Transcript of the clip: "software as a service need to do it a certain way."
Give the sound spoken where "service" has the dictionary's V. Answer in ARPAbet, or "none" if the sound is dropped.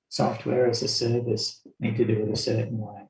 V